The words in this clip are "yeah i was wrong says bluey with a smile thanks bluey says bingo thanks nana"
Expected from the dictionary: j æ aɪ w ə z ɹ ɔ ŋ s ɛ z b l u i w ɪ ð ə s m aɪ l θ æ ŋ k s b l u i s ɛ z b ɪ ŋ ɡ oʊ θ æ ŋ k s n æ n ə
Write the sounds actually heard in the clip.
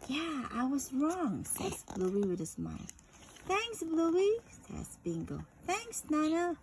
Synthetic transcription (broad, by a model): j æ aɪ w ə z ɹ ɔ ŋ s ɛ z b l u i w ɪ ð ə s m aɪ l θ æ ŋ k s b l u i s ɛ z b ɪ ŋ ɡ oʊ θ æ ŋ k s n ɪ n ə